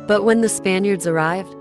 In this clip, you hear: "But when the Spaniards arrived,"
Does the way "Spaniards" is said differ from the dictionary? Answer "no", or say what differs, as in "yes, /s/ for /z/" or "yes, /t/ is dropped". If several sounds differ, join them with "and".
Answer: no